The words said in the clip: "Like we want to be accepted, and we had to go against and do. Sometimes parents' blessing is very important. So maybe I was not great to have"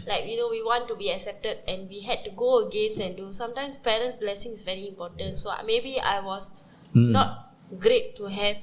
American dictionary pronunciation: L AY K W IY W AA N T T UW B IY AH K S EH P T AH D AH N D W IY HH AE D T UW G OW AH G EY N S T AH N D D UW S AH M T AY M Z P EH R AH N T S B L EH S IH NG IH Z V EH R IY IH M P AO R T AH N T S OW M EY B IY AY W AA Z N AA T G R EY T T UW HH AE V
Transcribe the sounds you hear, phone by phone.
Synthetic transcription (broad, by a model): L AY K W IY W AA N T T UW B IY AH K S EH P T AH D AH N W IY HH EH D T UW G OW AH G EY N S AH N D D UW S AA M T AY M S P EH R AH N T S B L EH S IH NG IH S V EH R IY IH M P AO T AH N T S OW M EY B IY AY W AA S N AA T G R EY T T UW HH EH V